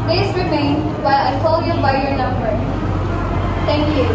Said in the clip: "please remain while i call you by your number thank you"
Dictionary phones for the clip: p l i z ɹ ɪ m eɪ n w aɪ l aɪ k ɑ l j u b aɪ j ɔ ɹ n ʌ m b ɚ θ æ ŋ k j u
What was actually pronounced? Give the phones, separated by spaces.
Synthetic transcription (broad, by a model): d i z ɹ ɪ m eɪ n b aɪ aɪ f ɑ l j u b aɪ j ɔ ɹ n ʌ m b ɚ t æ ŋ k j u